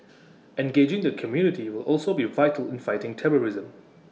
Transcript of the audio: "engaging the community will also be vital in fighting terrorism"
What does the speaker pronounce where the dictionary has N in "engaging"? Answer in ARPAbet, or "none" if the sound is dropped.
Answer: N